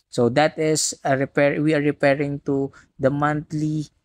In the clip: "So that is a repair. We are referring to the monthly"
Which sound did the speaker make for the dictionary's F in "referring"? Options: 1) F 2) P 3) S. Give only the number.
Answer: 2